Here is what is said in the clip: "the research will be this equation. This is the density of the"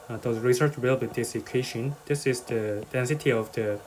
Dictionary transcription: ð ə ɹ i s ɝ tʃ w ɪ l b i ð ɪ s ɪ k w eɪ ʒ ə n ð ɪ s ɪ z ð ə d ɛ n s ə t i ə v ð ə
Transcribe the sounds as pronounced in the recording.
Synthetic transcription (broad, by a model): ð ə ɹ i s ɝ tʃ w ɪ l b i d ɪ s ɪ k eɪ ʃ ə n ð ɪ s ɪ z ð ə d ɛ n s ə t i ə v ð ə